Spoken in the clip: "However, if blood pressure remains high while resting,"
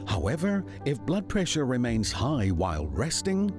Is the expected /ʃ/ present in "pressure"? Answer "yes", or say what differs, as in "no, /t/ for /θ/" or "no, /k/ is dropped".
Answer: yes